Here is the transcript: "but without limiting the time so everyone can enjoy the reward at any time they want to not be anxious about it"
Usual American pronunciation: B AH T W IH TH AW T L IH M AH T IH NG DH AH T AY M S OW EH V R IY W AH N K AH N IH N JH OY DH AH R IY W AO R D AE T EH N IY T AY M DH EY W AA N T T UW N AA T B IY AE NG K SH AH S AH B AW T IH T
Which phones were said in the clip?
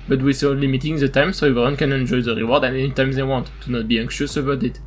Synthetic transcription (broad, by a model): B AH T W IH S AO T L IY M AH T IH NG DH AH T AY M S OW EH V IY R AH N K AH N IH N JH OY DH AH R IY W AO R D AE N EH N IY T AY M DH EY W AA N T T UW N AA T B IY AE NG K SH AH S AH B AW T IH T